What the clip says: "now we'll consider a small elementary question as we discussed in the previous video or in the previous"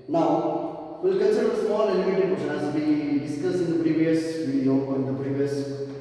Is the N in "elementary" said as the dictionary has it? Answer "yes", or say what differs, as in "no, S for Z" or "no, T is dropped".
no, N is dropped